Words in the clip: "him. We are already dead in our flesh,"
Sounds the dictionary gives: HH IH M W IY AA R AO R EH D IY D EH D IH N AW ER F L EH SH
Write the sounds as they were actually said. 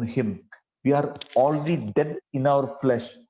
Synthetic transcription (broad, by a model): HH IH M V IY AA R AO L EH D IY D EH D IH N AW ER F L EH SH